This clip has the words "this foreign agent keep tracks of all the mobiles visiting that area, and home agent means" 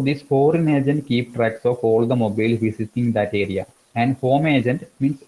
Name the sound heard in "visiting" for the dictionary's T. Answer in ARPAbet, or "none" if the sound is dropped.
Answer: S